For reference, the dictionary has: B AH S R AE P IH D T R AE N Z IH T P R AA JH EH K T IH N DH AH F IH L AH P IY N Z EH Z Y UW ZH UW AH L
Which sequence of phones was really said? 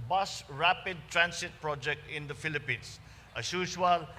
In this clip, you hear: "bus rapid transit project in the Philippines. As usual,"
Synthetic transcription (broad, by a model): B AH S R AE P IH D T R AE N S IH T P R AA JH EH K T IH N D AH F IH L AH P IY N S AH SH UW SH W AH L